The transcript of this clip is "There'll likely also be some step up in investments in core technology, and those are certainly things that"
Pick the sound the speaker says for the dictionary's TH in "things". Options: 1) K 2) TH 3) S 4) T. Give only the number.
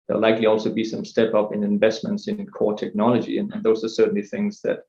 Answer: 2